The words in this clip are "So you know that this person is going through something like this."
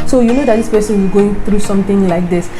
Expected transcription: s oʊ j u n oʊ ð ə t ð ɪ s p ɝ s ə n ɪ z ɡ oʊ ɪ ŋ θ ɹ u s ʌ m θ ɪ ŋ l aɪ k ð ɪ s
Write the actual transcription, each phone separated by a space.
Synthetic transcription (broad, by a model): s oʊ j u n oʊ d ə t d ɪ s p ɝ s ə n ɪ ɡ oʊ ɪ ŋ t ɹ u s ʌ m t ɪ ŋ l aɪ k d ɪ s